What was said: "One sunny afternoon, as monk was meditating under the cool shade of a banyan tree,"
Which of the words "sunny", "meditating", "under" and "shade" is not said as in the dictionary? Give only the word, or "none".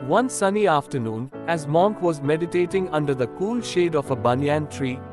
none